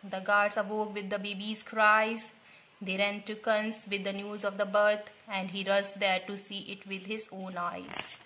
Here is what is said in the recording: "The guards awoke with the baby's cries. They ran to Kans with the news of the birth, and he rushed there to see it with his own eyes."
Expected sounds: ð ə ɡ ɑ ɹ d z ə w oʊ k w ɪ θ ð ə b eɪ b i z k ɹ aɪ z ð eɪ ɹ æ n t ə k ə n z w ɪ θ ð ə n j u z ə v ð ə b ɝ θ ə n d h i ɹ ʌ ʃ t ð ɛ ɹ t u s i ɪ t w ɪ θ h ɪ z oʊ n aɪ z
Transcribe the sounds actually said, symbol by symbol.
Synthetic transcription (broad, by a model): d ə ɡ ɑ ɹ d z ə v oʊ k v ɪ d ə b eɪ b i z k ɹ aɪ z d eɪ ɹ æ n t ə k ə n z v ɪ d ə n j u z ə v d ə b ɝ t ə n d h i ɹ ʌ s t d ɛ ɹ t u s i ɪ t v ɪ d h ɪ z oʊ n aɪ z